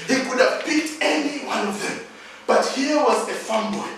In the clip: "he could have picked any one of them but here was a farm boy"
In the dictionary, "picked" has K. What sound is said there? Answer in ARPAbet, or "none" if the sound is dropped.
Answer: none